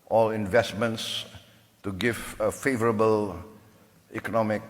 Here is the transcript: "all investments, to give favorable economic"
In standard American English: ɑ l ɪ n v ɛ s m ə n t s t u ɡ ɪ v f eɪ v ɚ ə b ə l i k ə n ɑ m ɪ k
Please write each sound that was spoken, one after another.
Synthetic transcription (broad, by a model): ɑ l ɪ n v ɛ s m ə n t s t u ɡ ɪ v f eɪ v ɚ ə b ə l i k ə n ɑ m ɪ k